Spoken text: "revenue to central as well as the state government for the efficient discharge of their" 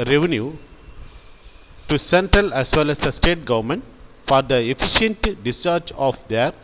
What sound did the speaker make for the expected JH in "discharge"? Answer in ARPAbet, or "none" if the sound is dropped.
CH